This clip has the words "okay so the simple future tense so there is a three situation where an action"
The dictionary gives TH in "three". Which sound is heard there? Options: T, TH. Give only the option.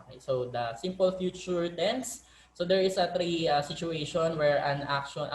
T